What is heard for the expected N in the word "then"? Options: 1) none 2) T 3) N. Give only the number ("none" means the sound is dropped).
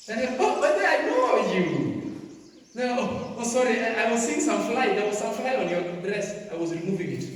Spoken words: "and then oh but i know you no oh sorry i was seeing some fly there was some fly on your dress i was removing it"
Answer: 1